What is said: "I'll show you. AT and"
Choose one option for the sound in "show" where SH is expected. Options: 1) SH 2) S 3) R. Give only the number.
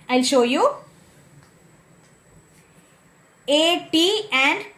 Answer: 1